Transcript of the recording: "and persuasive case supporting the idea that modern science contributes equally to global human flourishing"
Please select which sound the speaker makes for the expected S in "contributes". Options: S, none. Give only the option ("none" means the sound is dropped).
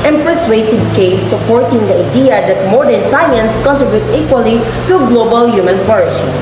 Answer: none